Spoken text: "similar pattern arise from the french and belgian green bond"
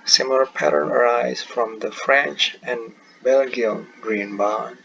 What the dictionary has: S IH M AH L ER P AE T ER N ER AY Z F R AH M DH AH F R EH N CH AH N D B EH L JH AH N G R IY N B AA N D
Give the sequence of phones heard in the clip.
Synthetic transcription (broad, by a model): S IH M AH L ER P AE T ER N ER AY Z F R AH M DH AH F R EH N CH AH N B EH L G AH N G R IY N B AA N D